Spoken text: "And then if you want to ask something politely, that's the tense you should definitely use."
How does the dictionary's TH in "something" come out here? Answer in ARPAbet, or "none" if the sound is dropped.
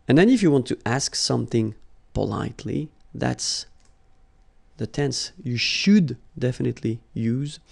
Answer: TH